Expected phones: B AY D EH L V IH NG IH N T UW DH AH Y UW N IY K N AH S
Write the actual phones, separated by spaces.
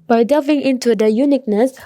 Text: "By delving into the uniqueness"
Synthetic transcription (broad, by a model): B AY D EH V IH NG IH N T UW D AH Y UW N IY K N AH S